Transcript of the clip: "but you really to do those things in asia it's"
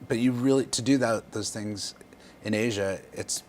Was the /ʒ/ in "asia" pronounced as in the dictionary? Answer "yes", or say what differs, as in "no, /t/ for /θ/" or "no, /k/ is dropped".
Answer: yes